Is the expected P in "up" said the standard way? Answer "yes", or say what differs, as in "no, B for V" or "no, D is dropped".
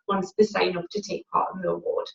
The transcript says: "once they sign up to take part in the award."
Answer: no, F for P